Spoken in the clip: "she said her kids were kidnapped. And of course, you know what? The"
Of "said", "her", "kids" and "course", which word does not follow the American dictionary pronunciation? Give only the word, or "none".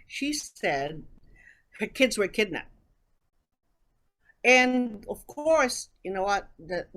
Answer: none